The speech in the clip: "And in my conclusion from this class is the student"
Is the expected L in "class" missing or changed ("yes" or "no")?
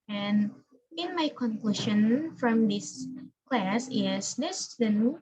no